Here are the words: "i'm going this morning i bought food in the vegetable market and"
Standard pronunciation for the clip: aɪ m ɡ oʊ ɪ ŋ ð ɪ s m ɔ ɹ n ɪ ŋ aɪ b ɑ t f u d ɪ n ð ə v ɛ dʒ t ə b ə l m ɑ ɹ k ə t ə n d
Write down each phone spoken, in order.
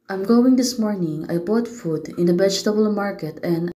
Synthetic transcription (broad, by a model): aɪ m ɡ oʊ ɪ ŋ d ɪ s m ɔ ɹ n ɪ ŋ aɪ b ɑ t f u d ɪ n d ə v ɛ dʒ t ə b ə l m ɑ ɹ k ə t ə n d